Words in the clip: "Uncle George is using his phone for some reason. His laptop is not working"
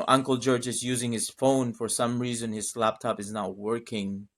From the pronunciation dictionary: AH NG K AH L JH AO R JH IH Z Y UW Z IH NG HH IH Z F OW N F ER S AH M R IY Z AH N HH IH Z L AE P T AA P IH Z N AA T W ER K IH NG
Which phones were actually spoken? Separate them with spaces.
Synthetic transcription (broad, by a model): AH NG K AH L JH AO R JH IH Z Y UW Z IH NG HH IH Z F OW N F ER S AH M R IY Z AH N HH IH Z L AE P T AA P IH Z N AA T W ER K IH NG